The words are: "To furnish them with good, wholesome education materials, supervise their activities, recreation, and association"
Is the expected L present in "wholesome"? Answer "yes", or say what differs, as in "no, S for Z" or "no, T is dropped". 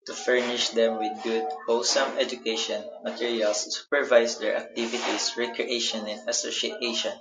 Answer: no, L is dropped